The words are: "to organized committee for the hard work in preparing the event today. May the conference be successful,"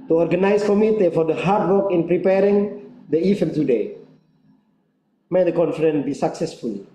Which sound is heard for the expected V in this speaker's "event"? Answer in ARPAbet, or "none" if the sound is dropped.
F